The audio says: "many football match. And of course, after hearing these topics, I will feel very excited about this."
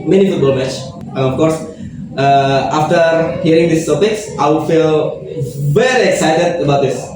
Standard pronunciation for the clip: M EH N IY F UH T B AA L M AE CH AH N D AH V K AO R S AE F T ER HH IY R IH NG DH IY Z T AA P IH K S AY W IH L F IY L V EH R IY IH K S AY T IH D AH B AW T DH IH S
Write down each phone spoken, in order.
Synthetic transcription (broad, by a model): M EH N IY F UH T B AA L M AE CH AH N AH F K AO R S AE F T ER HH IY R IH NG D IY S T AA P IH K S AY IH F IY L V EH R IY IH K S AY T IH D AH B AW T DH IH S